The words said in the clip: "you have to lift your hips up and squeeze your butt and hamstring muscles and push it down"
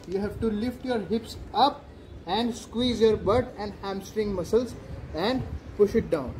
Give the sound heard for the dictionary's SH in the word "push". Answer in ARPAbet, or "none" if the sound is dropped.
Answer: SH